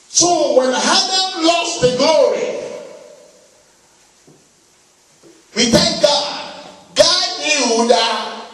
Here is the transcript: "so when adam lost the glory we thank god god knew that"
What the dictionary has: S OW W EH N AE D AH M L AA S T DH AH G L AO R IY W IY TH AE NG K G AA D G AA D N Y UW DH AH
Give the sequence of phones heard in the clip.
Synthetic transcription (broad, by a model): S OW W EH N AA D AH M L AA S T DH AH G L AO R IY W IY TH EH K G AA D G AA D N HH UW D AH